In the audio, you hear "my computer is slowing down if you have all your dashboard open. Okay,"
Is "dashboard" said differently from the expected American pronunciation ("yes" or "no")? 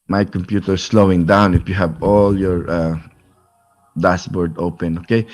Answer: yes